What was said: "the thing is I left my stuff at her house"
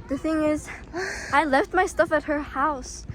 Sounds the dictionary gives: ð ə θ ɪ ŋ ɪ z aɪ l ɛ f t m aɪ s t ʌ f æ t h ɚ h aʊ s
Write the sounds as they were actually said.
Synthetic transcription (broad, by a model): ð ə θ ɪ ŋ ɪ z aɪ l ɛ f t m aɪ s t ʌ f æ t h ɚ h aʊ s